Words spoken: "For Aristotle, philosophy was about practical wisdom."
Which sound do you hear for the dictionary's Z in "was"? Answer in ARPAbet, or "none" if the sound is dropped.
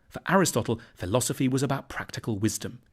Z